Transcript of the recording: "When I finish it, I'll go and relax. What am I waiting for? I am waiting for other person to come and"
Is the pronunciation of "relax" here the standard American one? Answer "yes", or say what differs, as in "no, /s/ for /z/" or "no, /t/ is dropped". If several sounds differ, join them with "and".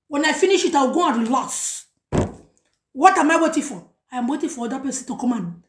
no, /k/ is dropped